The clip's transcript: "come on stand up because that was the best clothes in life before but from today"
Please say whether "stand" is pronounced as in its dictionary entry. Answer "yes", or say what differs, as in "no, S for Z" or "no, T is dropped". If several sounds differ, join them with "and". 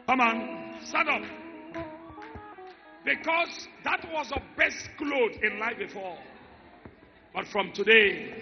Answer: no, N is dropped